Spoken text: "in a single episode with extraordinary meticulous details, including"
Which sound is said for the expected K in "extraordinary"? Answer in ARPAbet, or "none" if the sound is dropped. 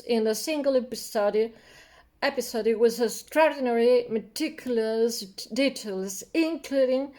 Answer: none